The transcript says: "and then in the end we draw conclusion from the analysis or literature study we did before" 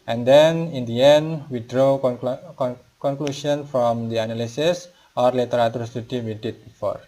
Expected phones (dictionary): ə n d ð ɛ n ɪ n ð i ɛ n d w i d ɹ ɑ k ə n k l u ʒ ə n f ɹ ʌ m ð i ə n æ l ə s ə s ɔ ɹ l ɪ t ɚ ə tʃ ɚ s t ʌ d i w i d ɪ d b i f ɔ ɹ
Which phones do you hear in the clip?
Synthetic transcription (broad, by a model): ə n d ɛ n ɪ n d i ɛ n d w i d ɹ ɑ k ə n k l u ʃ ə n f ɹ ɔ m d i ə n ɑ l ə s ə s ɔ ɹ l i t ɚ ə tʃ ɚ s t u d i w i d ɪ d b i f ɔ ɹ